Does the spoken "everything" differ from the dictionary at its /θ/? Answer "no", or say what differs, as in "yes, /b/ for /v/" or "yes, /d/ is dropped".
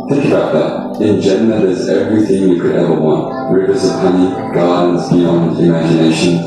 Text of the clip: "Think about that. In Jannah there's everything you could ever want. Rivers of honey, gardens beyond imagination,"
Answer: no